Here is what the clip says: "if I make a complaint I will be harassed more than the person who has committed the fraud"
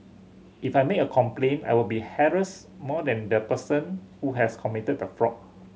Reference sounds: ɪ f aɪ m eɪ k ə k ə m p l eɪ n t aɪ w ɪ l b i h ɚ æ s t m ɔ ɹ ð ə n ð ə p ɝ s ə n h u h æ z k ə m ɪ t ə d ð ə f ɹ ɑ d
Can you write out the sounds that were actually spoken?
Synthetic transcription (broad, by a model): ɪ f aɪ m eɪ k ə k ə m p l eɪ n aɪ w ɪ l b i h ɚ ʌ s m ɔ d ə n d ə p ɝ s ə n h u h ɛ s k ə m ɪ t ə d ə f ɹ ɑ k